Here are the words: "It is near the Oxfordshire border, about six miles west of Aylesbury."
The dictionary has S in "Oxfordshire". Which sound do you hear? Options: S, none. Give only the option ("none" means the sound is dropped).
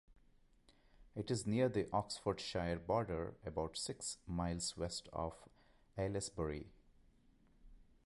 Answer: S